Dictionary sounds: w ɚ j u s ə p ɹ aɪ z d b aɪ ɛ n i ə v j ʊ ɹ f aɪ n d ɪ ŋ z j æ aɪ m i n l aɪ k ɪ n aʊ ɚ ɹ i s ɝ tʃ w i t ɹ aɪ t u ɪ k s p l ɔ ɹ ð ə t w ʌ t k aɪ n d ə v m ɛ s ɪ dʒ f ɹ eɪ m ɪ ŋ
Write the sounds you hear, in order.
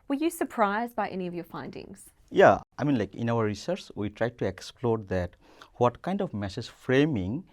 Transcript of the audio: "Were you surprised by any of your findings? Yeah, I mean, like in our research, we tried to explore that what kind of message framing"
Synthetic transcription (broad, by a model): w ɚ j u s ə p ɹ aɪ z d b aɪ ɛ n i ə v j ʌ ɹ f aɪ n d ɪ ŋ z j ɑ aɪ m i n l aɪ k ɪ n aʊ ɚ ɹ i s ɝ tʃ w i t ɹ aɪ t u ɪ k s p l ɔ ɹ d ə t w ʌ t k aɪ n d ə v m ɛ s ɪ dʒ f ɹ eɪ m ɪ ŋ